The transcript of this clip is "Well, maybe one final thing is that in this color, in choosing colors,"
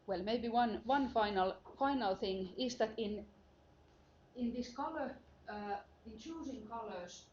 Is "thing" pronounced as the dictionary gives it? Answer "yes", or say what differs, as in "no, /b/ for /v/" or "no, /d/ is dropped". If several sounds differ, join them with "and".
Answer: yes